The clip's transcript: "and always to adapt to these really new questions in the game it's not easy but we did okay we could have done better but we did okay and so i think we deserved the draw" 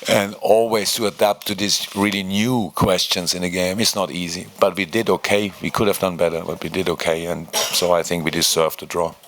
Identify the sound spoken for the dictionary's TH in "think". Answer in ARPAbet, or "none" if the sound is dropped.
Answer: TH